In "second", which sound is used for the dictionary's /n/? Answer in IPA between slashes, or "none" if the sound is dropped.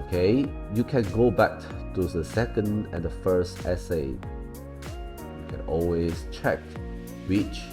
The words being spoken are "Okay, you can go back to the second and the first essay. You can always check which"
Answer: /n/